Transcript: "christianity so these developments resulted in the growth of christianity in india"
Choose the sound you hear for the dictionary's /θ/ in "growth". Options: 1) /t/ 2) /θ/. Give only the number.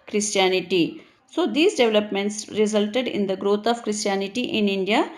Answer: 1